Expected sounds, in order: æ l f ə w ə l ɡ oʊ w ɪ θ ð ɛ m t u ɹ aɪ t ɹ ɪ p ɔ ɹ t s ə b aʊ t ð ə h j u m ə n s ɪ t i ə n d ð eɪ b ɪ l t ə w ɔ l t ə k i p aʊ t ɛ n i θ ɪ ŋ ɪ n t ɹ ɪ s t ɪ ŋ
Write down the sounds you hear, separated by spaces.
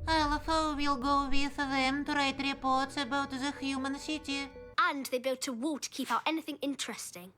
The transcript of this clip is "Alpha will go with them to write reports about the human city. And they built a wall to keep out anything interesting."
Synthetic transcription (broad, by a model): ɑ l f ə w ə l ɡ oʊ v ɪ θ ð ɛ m t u ɹ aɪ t ɹ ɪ p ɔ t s ə b aʊ t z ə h j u m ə n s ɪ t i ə n ð eɪ b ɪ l t ə w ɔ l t k i p aʊ t ɛ n i θ ɪ ŋ ɪ n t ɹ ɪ s t ɪ ŋ